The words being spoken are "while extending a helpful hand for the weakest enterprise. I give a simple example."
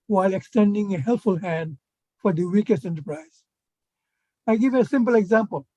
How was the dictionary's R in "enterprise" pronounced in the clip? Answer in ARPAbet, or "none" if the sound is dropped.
R